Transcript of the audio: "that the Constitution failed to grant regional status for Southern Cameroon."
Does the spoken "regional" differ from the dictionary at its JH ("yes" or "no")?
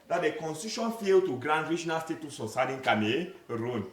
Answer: no